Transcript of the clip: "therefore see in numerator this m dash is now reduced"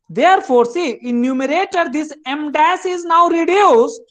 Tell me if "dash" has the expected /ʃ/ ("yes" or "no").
no